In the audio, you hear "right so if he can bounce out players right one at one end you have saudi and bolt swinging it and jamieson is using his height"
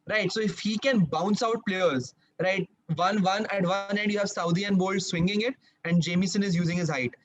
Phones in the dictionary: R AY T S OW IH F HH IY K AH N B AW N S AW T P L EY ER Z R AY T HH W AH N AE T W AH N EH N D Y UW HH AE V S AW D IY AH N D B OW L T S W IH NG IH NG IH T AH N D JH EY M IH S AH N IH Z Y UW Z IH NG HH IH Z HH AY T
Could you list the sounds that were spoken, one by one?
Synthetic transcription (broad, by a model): R AY T S OW IH F HH IY K AH N B AW N S AW T P L EY ER Z R AY T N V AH N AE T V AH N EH N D Y UW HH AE V S AW D IY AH N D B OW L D S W IH NG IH NG IH T AH N D JH EY M IH S AH N IH Z Y UW Z IH NG HH IH Z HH AY T